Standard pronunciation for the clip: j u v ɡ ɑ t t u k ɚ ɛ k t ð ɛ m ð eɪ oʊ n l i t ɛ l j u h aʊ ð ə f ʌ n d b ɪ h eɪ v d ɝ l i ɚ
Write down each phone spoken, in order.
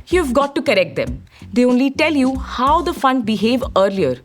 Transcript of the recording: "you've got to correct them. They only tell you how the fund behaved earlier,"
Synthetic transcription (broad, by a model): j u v ɡ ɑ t t u k ɚ ɛ k t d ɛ m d eɪ oʊ n l i t ɛ l j u h aʊ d ə f ʌ n d b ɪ h eɪ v ɝ l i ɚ